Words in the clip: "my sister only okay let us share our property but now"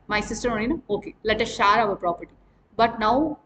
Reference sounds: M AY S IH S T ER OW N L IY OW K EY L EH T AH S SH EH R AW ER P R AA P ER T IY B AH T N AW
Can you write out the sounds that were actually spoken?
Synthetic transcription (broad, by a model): M AY S IH S T ER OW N N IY OW K EY L EH T AH S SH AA R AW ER P R AA P ER T IY B AH T N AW